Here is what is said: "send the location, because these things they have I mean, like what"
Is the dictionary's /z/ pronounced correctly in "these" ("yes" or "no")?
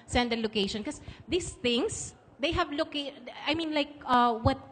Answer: no